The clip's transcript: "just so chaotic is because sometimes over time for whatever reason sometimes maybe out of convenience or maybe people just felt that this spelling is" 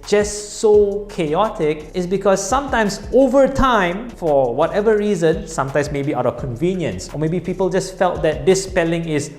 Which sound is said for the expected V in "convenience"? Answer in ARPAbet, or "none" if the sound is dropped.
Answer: V